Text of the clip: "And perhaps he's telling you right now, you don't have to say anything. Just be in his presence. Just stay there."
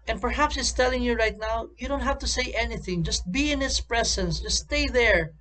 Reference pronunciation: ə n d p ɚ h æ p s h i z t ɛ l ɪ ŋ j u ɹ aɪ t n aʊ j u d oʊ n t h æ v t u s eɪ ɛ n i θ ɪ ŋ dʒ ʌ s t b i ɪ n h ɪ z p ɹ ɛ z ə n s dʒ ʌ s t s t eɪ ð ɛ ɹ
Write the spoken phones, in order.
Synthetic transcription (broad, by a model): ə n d p ɚ h æ p s h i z t ɛ l ɪ ŋ j u ɹ aɪ t n aʊ j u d oʊ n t h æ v t u s eɪ ɛ n i θ ɪ ŋ dʒ ʌ s t b i ɪ n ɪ s p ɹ ɛ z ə n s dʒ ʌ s s t eɪ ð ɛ ɹ